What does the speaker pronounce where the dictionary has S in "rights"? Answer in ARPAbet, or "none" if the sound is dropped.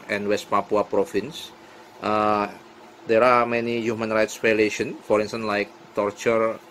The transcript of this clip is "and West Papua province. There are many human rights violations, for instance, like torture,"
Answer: S